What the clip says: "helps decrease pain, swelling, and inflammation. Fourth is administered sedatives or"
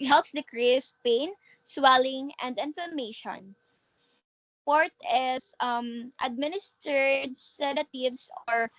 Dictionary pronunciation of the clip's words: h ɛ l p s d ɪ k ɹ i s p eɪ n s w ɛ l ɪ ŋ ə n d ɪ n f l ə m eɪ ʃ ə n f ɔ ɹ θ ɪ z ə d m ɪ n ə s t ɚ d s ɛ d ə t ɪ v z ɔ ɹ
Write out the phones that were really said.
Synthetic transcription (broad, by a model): h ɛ l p s d ɪ k ɹ i s p eɪ n s w ɛ l ɪ ŋ ə n d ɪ n f ə m eɪ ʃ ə n p ɔ ɹ t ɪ s ə d m ɪ n ə s t ɚ d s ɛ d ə t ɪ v s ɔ ɹ